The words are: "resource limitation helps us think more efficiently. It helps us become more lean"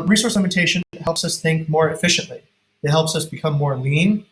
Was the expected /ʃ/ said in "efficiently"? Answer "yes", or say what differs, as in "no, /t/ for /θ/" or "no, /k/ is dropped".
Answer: yes